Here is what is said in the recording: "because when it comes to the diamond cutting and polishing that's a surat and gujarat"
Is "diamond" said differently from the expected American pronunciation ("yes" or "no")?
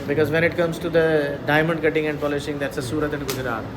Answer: no